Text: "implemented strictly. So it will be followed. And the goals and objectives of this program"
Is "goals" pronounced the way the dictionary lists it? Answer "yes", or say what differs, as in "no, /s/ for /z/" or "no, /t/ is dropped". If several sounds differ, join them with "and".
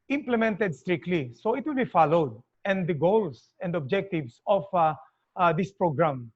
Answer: no, /s/ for /z/